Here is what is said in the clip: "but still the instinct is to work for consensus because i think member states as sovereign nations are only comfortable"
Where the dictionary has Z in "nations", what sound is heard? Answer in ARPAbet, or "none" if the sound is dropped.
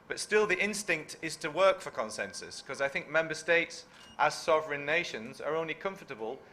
Z